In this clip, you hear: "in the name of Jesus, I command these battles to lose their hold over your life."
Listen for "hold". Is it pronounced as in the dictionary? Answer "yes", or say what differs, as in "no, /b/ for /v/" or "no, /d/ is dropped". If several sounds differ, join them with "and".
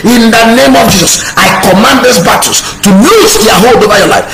yes